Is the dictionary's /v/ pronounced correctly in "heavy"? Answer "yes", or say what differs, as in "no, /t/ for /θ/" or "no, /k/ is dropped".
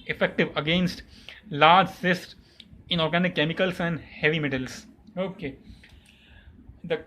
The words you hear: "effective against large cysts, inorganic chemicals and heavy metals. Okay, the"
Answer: yes